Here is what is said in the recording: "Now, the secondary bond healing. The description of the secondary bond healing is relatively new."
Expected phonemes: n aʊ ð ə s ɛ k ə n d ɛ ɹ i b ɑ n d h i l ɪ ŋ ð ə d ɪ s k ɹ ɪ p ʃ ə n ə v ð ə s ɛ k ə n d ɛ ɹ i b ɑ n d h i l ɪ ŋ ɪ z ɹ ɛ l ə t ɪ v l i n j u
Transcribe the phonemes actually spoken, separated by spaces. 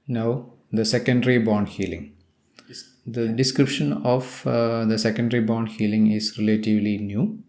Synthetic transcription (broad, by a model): n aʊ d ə s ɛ k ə n d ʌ ɹ i b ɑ n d h i l ɪ ŋ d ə d ɪ s k ɹ ɪ p ʃ ə n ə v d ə s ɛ k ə n d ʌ ɹ i b ɑ n d h i l ɪ ŋ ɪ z ɹ ɛ l ə t ɪ v l i n j u